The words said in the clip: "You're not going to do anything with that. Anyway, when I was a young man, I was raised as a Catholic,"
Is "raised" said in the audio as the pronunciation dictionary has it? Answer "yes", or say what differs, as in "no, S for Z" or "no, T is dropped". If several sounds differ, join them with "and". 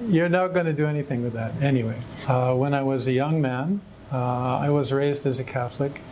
yes